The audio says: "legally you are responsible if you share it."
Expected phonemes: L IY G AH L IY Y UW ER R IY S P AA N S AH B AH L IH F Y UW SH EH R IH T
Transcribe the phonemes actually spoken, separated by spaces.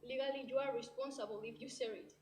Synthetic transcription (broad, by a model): L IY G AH L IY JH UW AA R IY S P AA N S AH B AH L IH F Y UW S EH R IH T